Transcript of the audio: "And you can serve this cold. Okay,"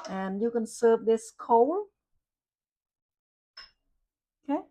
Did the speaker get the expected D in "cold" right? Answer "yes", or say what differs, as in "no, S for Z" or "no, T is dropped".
no, D is dropped